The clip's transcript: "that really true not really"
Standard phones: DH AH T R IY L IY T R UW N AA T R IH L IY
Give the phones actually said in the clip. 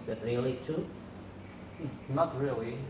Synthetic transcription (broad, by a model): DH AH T R IY L IY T UW N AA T R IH L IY